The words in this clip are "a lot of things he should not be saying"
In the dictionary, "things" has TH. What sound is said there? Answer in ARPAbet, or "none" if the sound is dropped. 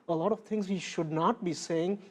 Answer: T